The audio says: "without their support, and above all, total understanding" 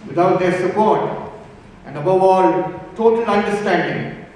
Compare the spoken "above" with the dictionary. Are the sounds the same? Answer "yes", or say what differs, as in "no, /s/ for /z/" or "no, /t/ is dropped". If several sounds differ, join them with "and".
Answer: yes